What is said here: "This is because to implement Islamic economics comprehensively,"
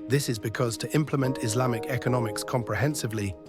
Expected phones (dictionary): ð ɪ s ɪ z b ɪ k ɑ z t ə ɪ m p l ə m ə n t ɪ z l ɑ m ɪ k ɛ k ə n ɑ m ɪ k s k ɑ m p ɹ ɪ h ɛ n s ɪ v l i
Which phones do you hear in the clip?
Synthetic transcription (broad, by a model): ð ɪ s ɪ z b ɪ k ɑ z t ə ɪ m p l ə m ə n t ɪ z l ɑ m ɪ k ɛ k ə n ɑ m ɪ k s k ɑ m p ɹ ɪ h ɛ n s ɪ v l i